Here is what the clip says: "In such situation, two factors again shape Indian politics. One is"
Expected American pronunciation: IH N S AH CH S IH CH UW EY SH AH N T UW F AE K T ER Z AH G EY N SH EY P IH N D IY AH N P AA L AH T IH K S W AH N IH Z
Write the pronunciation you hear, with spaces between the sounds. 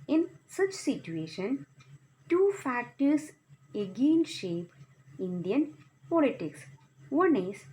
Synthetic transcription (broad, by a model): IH N S AH CH S IH CH UW EY SH AH N T UW F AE K T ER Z AH G EY N SH EY P IH N D IY AH N P AA L AH T IH K S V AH N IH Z